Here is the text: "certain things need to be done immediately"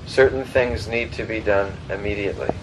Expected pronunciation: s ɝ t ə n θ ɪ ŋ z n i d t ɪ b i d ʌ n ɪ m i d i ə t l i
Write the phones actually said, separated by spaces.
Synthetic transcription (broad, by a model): s ɝ t n θ ɪ ŋ z n i d t ɪ b i d ʌ n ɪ m i d i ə t l i